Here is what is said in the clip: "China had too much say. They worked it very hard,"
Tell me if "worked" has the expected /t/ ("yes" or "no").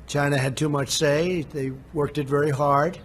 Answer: yes